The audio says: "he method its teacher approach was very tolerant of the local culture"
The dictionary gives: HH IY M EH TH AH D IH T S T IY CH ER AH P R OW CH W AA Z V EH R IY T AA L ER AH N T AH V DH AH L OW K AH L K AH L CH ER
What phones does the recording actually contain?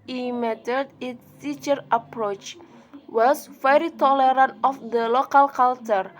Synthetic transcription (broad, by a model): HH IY M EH T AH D IH T S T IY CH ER AH P R OW CH W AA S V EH R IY T AA L ER AH N T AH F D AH L OW K AH L K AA L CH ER